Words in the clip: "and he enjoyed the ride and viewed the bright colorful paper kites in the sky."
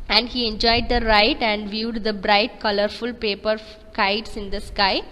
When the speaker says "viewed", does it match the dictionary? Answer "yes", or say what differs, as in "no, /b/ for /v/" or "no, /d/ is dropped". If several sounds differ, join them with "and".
yes